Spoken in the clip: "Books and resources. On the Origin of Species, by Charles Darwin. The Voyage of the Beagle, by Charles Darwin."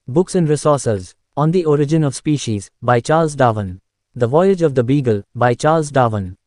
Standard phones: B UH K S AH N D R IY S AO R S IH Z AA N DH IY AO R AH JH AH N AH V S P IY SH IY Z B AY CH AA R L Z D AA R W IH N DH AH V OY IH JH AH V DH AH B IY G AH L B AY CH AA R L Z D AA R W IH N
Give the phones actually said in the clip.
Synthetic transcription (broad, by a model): B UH K S AH N D R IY S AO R S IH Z AA N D IY AO R AH JH AH N AH V S P IY SH IY Z B AY CH AA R L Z D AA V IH N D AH V OY IH JH AH V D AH B IY G AH L B AY CH AA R L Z D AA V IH N